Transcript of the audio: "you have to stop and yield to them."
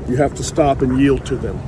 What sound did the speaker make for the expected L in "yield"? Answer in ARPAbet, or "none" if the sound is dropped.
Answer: L